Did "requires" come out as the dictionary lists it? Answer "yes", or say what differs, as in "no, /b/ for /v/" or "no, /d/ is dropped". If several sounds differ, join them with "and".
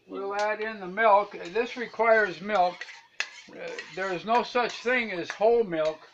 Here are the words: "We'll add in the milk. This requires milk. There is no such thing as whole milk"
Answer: yes